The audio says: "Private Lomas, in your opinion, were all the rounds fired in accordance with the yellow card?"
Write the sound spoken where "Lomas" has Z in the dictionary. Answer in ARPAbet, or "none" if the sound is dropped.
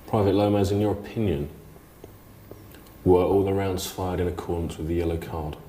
Z